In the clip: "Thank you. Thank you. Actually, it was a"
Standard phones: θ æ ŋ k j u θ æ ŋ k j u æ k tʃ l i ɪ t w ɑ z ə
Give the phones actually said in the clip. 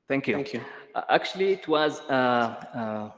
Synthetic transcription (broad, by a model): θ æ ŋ k j u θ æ k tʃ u l i ɪ t w ɑ z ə